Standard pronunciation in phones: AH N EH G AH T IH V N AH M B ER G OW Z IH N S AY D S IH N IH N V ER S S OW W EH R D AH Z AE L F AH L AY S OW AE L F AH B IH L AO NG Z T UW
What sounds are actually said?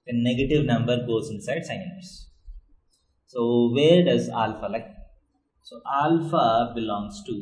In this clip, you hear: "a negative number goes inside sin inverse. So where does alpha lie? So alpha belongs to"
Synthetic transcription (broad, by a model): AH N EH G AH T IH V N AH M B ER G OW Z IH N S AY D S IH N ER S S OW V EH R D AH Z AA L F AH L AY S OW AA L F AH B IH L AO NG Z T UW